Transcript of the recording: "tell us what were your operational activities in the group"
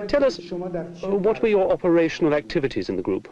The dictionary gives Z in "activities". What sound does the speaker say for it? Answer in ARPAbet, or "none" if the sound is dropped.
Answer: Z